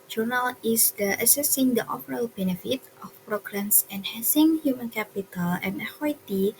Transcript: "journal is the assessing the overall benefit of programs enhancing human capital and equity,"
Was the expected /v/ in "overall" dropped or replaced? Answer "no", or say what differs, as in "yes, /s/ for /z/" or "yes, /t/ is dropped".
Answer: yes, /f/ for /v/